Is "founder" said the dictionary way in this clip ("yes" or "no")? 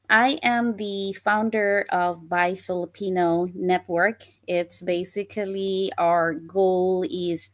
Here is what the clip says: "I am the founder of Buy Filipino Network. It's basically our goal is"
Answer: yes